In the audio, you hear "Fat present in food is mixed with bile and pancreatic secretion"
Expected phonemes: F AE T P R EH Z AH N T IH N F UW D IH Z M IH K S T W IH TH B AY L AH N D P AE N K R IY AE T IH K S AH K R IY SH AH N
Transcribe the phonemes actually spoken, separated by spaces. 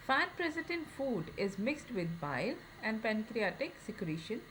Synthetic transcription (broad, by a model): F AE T P R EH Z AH T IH N F UW D IH Z M IH K S T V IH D B AY L AH N D P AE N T R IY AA T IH K S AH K R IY SH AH N